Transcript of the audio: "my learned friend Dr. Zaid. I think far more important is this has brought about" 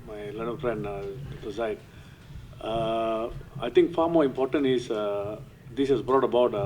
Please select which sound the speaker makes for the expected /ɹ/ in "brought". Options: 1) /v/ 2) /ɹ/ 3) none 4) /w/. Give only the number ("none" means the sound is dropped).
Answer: 2